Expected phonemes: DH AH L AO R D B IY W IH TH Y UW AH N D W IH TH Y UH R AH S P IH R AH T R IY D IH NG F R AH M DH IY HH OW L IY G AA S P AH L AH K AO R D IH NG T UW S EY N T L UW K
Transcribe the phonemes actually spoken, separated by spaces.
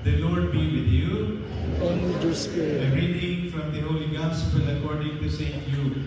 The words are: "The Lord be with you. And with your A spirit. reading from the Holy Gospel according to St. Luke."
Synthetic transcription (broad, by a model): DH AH L AO R D B IY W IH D Y UW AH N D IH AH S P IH AH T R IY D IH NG F R AH M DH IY HH OW L IY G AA S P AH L AH K AO R D IH NG T UW S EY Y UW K